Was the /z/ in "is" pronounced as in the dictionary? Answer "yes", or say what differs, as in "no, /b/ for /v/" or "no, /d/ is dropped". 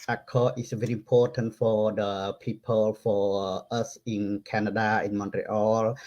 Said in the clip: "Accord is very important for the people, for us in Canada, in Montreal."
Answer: no, /s/ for /z/